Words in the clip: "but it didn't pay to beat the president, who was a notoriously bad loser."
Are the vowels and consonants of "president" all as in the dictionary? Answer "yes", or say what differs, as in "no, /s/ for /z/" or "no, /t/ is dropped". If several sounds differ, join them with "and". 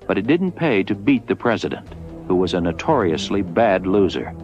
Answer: yes